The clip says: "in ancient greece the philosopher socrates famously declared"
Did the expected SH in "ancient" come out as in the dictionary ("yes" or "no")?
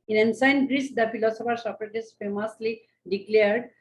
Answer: no